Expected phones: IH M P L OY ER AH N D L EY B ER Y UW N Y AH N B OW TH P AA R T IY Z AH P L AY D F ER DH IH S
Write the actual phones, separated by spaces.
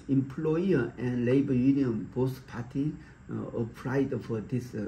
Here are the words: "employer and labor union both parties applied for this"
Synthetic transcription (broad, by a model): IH M P L OY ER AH N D L EY B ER Y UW N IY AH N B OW S P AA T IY AH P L AY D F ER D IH S